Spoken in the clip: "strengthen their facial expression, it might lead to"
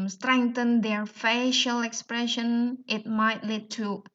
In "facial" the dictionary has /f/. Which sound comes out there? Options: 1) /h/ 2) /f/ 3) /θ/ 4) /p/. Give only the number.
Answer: 2